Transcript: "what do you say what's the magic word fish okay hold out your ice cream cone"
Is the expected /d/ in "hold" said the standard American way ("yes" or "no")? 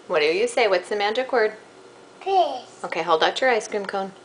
yes